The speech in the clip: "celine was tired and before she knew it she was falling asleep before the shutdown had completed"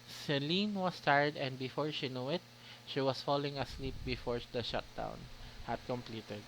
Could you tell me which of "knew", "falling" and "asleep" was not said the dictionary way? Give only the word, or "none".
none